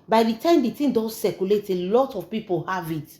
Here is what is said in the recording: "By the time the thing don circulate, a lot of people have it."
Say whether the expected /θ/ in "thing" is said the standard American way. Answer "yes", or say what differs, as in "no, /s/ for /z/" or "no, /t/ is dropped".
no, /t/ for /θ/